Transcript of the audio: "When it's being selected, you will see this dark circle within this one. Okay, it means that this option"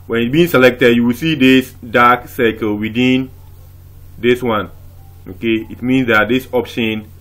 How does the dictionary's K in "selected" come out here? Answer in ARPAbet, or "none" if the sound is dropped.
K